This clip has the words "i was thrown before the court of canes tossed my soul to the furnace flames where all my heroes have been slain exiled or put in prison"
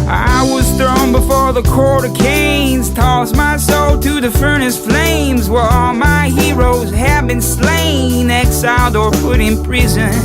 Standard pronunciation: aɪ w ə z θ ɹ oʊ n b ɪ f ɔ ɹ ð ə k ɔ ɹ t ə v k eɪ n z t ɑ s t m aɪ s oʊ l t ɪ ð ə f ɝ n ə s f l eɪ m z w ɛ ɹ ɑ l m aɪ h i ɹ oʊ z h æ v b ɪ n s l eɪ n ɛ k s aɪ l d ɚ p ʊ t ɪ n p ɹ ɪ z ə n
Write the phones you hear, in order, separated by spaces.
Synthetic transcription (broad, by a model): aɪ w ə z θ ɹ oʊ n b ɪ f ɔ ɹ ð ə k ɔ ɹ t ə k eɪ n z t ɑ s m aɪ s oʊ l t ɪ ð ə f ɝ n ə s f l eɪ m z w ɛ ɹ ɑ l m aɪ h i ɹ oʊ z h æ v b ɪ n s l eɪ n ɛ k s aɪ l d ɚ p ʊ t ɪ n p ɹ ɪ z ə n